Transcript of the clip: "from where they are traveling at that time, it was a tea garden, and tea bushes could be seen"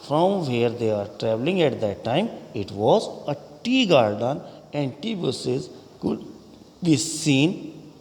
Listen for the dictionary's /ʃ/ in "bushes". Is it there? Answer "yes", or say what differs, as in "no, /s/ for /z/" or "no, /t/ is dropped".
no, /s/ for /ʃ/